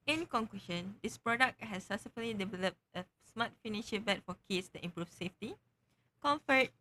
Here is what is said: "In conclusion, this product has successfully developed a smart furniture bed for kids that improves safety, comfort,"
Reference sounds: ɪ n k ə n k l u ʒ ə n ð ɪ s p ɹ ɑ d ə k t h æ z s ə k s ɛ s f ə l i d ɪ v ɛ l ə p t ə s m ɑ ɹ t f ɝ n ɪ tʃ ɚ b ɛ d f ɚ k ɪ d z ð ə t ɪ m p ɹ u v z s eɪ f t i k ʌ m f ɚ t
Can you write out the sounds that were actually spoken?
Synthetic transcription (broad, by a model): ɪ n k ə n k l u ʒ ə n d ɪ s p ɹ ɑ d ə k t h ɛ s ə s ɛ f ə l i d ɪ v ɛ l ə p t ə s m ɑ t f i n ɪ ʃ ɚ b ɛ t f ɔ k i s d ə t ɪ m p ɹ u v s eɪ f t i k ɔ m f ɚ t